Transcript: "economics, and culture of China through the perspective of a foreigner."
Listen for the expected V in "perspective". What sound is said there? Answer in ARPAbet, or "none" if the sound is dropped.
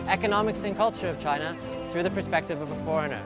V